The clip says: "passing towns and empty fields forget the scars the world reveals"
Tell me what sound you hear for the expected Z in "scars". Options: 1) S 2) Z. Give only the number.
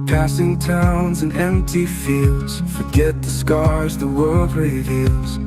2